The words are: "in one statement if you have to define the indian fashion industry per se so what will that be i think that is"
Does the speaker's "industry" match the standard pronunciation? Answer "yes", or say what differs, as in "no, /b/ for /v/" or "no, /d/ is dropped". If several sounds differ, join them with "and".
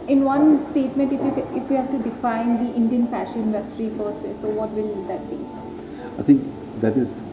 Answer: yes